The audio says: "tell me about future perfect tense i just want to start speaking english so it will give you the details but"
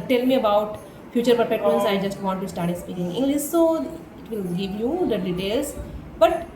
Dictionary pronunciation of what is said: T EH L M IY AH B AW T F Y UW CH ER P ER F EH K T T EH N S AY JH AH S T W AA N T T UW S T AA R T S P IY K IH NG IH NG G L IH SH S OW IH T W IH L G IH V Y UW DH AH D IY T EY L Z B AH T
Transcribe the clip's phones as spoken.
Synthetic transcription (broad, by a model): T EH L M IY AH B AW T F Y UW CH ER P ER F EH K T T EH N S AY JH AH S T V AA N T T UW S T AA R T S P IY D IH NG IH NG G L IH S S OW IH T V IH L G IH V Y UW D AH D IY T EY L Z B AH T